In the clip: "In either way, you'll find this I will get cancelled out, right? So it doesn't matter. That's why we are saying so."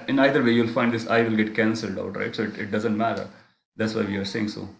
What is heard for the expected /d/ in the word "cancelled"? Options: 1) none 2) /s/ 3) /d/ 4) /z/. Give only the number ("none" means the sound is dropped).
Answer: 3